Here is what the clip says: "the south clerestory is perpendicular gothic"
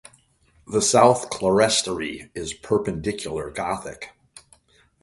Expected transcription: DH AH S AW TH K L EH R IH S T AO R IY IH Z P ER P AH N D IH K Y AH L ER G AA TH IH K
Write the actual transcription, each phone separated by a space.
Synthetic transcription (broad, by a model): DH AH S AW TH K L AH R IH S T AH R IY IH Z P ER P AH N D IH K Y L ER G AA TH IH K